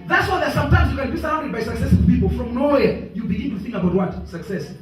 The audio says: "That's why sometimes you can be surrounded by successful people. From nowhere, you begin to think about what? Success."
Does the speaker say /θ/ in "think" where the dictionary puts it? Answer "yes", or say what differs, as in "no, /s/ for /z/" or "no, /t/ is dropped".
yes